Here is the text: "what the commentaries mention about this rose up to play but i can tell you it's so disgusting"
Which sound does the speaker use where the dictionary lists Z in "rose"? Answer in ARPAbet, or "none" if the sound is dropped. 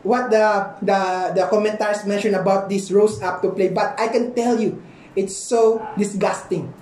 S